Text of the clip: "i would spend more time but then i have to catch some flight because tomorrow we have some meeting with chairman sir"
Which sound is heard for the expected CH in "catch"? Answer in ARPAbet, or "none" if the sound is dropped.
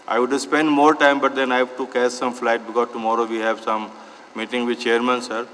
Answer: S